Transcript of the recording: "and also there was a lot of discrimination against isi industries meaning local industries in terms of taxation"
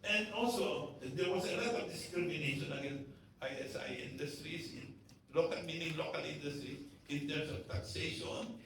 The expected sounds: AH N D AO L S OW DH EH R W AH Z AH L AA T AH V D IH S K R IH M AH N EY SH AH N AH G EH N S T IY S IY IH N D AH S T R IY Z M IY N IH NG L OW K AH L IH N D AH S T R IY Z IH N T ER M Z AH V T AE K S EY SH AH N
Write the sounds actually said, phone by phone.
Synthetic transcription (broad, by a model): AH N D AO L S OW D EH R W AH S AH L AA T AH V D IH S K R IH M AH N EY SH AH N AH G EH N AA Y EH S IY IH N D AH S T R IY S M IY N IH NG L OW K AH L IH N D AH S T R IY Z IH N T ER M S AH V T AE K S EY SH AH N